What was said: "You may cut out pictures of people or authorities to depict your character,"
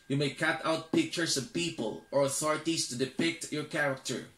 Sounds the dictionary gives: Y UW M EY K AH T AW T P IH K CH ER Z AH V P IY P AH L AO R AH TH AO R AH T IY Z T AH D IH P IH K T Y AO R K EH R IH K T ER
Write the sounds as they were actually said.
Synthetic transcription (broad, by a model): Y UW M EY K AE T AW T P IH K CH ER S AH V P IY P AH L AO R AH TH AO R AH T IY S T AH D IH P IH K T Y AO R K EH R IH K T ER